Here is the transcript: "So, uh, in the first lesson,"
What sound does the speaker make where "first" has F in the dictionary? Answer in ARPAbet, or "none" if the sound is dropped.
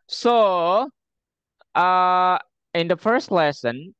F